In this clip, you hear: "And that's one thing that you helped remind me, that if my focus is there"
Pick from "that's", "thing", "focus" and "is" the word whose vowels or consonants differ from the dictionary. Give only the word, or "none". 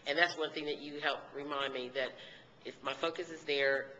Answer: none